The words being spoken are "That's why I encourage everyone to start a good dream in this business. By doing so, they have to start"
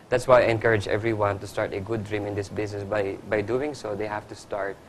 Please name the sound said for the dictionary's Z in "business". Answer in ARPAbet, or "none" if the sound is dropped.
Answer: S